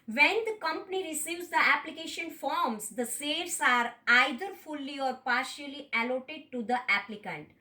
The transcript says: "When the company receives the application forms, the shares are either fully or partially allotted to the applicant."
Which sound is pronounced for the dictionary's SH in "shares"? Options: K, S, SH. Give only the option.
S